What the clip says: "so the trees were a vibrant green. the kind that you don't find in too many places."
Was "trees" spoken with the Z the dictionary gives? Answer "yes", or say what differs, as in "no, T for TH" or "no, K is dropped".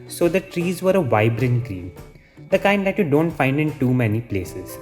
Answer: yes